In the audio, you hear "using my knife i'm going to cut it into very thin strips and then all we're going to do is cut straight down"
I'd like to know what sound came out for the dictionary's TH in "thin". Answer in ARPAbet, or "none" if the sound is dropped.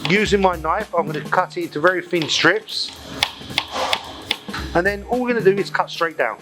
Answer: F